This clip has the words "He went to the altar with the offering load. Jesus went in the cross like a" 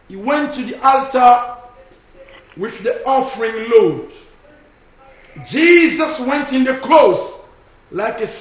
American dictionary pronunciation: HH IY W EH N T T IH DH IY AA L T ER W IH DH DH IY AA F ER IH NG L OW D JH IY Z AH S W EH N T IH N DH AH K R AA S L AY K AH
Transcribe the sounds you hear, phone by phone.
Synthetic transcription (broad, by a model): HH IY W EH N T T IH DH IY AA L T ER W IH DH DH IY AA F ER IH NG L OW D JH IY Z AH S W EH N T IH N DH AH K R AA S L AY K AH